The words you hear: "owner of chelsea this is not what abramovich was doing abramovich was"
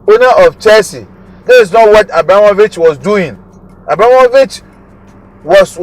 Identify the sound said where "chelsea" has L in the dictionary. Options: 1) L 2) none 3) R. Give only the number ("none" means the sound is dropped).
2